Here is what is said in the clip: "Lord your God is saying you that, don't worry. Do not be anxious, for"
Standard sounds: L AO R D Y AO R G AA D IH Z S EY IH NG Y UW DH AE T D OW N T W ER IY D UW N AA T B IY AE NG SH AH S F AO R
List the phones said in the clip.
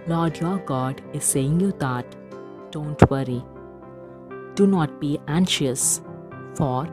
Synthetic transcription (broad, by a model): L AO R D Y AO R G AA D IH Z S EY IH NG Y UW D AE T D OW N T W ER IY D UW N AA T B IY AE NG SH AH S F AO R